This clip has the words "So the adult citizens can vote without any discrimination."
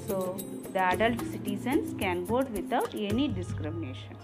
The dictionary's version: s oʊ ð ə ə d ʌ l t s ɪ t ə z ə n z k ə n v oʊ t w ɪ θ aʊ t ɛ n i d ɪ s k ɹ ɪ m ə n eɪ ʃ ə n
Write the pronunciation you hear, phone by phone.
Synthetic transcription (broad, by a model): s oʊ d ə ə d ʌ l t s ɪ t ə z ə n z k ə n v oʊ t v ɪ t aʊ t ɛ n i d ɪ s k ɹ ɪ m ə n eɪ ʃ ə n